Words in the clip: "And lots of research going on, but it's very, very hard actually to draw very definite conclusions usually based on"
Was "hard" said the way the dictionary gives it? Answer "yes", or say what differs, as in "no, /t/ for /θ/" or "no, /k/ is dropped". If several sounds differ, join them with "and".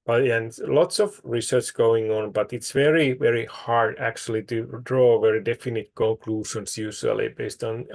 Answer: yes